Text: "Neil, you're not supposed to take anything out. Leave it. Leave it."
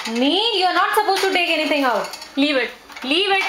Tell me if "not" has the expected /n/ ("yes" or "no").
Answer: yes